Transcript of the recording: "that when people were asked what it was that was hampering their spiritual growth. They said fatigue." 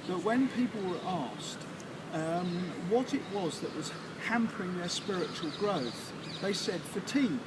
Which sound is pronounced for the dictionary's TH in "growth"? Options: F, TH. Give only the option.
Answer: TH